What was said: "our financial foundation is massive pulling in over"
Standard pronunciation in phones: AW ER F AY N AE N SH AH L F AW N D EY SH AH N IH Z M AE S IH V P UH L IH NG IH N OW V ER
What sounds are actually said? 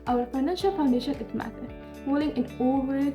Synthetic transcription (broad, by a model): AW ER F AY N AE N SH AH L F AW N D EY SH AH N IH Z M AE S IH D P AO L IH NG IH N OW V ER